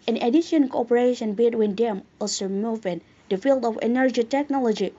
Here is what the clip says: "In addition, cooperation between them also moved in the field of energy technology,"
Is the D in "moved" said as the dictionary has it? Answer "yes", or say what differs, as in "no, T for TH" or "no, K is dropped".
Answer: no, D is dropped